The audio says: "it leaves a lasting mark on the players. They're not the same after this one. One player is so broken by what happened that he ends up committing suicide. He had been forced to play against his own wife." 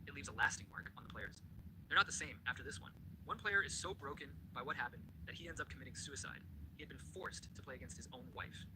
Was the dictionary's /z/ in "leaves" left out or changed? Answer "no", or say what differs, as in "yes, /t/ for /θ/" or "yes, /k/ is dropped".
no